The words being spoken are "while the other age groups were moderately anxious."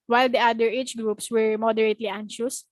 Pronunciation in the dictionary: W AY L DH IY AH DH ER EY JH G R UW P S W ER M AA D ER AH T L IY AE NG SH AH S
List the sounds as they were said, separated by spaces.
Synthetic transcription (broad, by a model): W AY L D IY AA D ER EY CH G R UW P S W ER M AA D ER AH T L IY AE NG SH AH S